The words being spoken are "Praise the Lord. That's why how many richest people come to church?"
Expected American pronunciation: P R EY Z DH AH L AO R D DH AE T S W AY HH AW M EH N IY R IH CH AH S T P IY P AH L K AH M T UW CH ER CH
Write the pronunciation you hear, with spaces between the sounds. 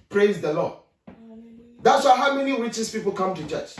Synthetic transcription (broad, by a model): P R EY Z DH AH L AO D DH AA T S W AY HH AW M EH N IY W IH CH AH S P IY P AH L K AH M T UW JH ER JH